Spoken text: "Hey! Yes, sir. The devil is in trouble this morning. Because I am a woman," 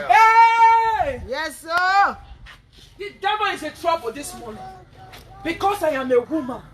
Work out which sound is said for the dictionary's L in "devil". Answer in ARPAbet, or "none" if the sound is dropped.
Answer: N